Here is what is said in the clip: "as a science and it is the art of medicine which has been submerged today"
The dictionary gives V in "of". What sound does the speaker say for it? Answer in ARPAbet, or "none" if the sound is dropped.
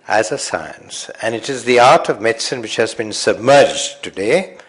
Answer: V